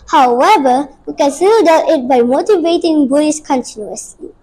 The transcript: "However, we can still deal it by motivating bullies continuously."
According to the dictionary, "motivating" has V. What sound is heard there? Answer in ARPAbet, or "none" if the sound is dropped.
V